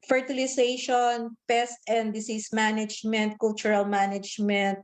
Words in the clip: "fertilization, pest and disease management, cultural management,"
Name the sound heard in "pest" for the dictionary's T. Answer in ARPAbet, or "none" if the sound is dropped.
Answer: T